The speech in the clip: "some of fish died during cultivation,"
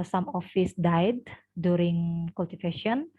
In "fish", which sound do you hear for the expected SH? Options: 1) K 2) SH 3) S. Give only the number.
3